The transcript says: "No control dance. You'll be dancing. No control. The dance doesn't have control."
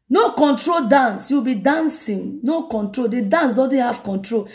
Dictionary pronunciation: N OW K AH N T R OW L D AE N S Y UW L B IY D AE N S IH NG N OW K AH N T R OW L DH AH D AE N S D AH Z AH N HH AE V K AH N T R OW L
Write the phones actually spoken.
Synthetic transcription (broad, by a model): N OW K AH N T R OW L D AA N S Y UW W B IY D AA N S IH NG N OW K AH N T R OW L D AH D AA N S D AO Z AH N HH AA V K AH N T R OW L